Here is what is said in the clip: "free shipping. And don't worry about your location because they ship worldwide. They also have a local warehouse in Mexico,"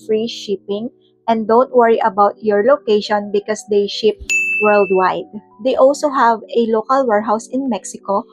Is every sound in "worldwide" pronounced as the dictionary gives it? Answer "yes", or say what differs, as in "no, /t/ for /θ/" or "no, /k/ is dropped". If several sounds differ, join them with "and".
yes